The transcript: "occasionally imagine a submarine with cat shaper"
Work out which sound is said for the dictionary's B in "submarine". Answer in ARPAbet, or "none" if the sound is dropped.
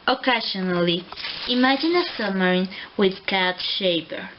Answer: none